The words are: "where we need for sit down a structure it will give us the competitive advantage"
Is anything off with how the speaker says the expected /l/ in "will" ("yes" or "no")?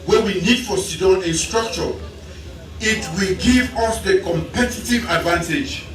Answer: no